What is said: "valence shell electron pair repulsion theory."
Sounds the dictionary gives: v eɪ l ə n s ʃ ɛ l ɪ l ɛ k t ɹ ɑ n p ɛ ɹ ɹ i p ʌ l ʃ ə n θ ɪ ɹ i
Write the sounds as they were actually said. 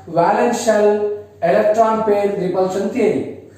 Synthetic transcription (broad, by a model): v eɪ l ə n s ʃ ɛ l ɪ l ɛ k t ɹ ɑ n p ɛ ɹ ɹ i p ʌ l s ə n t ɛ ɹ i